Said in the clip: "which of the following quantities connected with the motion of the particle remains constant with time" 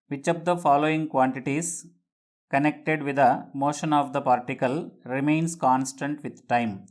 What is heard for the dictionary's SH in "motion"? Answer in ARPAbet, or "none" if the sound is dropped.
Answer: SH